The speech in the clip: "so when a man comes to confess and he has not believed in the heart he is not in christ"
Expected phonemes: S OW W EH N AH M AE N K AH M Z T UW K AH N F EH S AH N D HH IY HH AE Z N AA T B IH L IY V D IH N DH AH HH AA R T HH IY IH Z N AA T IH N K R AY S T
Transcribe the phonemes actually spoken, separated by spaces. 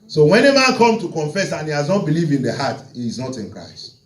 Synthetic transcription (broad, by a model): S OW W EH N AH M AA N K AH M T UW K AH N F EH S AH N HH IY HH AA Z N AA T B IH L IY V IH N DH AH HH AA T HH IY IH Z N AA T IH N K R AY S T